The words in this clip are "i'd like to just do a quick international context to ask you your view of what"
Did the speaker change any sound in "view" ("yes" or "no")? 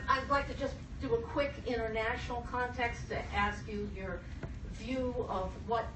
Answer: no